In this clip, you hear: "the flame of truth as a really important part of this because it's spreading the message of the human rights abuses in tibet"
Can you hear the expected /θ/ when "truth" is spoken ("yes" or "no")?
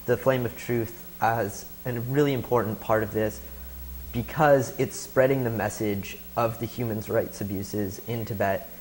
yes